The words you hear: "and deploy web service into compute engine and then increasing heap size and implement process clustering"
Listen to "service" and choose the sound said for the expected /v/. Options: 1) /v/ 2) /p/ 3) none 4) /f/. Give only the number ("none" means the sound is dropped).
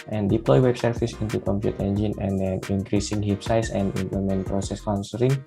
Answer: 4